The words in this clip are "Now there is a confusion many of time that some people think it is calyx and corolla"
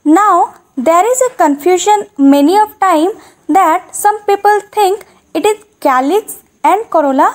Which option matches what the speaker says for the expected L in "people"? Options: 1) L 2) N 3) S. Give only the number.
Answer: 1